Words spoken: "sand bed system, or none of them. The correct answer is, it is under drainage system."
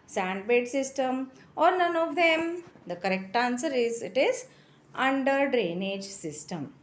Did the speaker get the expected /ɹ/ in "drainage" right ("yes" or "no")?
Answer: yes